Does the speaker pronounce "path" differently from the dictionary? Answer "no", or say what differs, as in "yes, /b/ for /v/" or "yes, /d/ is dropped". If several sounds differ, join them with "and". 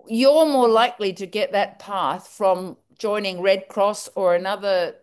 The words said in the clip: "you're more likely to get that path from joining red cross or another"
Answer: no